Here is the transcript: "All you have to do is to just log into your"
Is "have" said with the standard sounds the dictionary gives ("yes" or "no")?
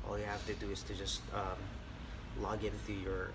no